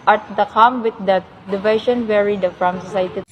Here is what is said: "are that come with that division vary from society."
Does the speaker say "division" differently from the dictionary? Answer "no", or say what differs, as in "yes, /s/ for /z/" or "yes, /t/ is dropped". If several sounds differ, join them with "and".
yes, /ʃ/ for /ʒ/